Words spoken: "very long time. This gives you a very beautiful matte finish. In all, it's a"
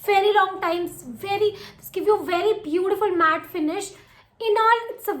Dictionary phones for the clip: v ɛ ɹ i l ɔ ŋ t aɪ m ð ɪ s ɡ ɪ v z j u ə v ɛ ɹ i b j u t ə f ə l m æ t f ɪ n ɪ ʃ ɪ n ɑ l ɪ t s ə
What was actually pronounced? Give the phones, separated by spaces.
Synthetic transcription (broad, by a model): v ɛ ɹ i l ɔ ŋ t aɪ m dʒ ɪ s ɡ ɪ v j u ə v ɛ ɹ i b j u t ə f ə l m æ t f ɪ n ɪ ʃ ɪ n ɑ l ɪ t s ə